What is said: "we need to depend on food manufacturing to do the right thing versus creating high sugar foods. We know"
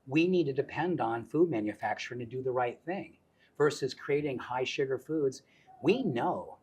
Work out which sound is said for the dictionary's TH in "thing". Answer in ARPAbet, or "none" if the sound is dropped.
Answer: TH